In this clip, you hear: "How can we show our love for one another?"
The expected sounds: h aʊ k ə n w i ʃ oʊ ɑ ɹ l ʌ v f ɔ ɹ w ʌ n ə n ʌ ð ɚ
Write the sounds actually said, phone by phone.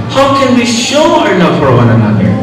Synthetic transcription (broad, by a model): h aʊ k ə n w i ʃ oʊ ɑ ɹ n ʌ f ɔ ɹ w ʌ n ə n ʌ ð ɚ